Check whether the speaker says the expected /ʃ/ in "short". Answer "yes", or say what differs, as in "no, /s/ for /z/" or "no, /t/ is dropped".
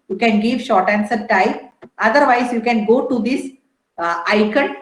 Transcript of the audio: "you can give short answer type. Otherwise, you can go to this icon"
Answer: yes